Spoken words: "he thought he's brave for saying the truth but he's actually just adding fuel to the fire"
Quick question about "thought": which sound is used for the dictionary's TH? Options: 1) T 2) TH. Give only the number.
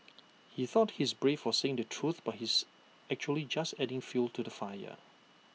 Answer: 2